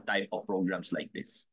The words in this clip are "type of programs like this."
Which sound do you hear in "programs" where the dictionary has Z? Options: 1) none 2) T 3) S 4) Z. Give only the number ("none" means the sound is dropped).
3